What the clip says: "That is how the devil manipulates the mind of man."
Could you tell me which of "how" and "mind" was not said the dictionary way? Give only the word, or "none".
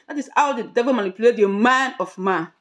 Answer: mind